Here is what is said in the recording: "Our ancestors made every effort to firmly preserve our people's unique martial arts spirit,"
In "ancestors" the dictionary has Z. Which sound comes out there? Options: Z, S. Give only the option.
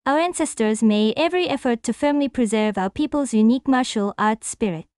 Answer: Z